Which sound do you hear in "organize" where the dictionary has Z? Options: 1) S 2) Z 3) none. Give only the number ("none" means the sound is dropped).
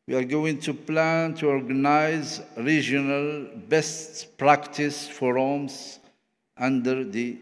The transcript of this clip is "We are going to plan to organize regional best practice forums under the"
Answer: 2